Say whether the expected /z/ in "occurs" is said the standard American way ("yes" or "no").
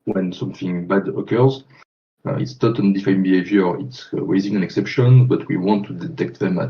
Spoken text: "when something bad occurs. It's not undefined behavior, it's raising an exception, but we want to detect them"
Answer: yes